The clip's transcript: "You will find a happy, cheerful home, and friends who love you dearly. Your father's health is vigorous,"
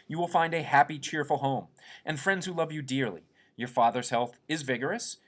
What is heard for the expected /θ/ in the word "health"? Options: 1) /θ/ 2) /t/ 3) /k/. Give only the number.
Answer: 1